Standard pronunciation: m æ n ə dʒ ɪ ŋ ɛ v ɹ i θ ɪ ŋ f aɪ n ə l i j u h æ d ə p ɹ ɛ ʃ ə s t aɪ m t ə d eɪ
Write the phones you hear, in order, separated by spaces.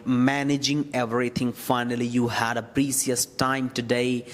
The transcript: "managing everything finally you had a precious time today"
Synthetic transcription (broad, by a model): m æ n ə dʒ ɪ ŋ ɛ v ɹ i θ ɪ ŋ f aɪ n ə l i j u h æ d ə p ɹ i s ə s t aɪ m t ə d eɪ